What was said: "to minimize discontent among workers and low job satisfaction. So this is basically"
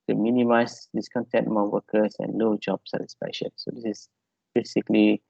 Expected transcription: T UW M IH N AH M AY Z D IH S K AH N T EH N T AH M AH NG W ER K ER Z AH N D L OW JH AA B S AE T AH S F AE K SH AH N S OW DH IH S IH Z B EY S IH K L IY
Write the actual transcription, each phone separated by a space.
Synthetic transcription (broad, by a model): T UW M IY N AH M AY S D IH S K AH N T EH N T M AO W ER K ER S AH N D L OW JH AA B S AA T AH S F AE SH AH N S OW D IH S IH S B EY S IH K L IY